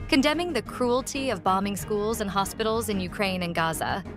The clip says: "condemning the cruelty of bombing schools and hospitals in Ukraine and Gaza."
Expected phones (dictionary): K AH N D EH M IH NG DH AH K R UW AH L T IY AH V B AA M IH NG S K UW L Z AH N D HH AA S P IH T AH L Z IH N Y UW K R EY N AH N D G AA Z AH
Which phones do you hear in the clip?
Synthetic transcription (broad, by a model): K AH N D EH M IH NG DH AH K R UW AH L T IY AH V B AA M IH NG S K UW L Z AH N HH AA S P IH T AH L Z IH N Y UW K R EY N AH N G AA Z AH